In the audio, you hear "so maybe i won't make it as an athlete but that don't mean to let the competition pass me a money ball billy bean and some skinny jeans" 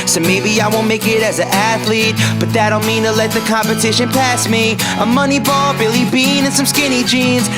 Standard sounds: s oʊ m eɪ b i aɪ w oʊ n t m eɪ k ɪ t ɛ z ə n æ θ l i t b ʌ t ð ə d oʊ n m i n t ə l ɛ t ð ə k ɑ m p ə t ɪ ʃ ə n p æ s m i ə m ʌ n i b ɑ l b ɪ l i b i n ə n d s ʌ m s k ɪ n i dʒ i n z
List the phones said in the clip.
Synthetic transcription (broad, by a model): s oʊ m eɪ b i aɪ w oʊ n m eɪ k ɪ t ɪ z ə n æ θ l i t b ʌ t ð ə d oʊ n m i n t ə l ɛ t ð ə k ɑ m p ə t ɪ ʃ ə n p æ s m i ə m ʌ n i b ɑ l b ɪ l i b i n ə n s ʌ m s k ɪ n i dʒ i n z